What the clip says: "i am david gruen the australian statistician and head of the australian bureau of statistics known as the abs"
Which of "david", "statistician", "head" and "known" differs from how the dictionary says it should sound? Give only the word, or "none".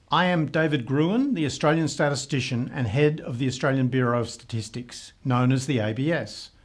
none